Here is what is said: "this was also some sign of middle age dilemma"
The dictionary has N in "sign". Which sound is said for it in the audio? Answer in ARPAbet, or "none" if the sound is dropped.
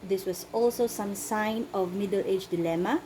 N